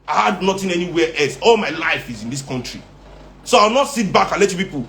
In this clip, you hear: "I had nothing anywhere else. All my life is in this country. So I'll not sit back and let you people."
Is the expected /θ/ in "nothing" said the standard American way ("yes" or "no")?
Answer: no